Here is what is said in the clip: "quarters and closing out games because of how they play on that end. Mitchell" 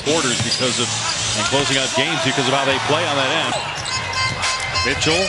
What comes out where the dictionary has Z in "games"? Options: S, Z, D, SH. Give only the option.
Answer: Z